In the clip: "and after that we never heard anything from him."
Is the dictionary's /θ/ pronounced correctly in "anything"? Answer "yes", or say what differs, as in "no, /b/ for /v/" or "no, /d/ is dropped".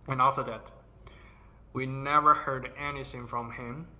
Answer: no, /s/ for /θ/